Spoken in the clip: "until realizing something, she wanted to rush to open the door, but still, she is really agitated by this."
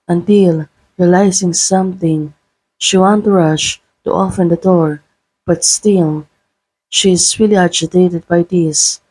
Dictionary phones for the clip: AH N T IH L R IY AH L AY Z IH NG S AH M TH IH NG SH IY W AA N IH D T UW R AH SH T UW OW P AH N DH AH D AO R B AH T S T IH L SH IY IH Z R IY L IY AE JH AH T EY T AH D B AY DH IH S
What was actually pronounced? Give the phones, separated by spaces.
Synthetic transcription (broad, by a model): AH N T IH L R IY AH L AY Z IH NG S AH M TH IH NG SH IY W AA N T UW R AH SH T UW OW F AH N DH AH D AO R B AH T S T IH L SH IY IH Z R IY L IY AE JH AH T EY T AH D B AY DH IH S